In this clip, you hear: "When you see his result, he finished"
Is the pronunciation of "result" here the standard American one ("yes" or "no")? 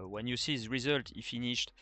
yes